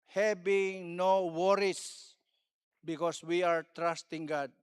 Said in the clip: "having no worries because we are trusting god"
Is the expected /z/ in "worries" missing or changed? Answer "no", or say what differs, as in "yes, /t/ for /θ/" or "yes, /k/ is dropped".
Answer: yes, /s/ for /z/